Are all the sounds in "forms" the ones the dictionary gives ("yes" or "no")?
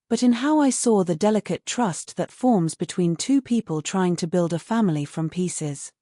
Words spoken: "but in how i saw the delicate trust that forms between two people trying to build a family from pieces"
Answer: yes